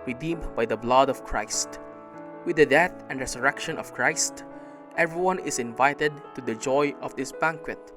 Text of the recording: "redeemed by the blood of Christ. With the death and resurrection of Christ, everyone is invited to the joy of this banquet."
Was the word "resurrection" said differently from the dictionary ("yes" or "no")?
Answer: yes